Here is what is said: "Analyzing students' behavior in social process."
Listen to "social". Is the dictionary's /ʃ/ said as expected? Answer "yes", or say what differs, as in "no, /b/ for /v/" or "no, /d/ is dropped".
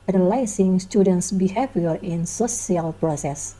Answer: no, /s/ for /ʃ/